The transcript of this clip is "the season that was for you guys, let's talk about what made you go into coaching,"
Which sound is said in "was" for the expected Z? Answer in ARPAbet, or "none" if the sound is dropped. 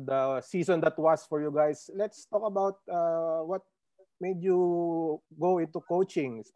S